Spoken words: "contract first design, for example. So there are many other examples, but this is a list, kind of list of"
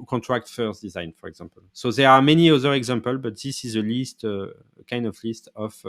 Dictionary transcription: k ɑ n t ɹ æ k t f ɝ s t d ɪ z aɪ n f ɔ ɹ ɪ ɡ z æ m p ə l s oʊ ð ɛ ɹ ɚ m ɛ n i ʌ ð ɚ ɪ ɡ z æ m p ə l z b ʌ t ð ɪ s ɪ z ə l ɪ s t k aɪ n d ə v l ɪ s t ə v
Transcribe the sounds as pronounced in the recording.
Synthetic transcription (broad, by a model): k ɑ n t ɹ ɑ k t f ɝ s d ɪ z aɪ n f ɔ ɹ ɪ ɡ z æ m p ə l s oʊ ð ɛ ɹ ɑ m ɛ n i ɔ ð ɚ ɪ ɡ z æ m p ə l b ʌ t ð ɪ s ɪ z ə l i s t k aɪ n d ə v l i s t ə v